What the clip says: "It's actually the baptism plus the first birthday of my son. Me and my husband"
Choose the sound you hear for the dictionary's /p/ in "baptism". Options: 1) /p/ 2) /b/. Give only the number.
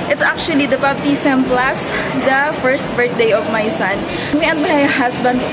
2